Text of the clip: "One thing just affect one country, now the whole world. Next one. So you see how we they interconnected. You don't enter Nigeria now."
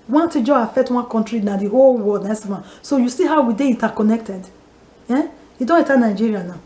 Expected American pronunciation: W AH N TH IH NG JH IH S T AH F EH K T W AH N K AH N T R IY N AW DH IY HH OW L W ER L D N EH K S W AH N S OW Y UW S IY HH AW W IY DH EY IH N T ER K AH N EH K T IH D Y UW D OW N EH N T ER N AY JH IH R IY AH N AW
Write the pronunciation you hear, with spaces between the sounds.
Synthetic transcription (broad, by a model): W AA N T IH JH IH AH F EH K T W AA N K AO N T R IY N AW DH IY HH OW L W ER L D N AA S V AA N S OW Y UW S IY HH AW W IY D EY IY N T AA K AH N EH K T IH D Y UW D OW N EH T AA N AY JH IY R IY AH N AW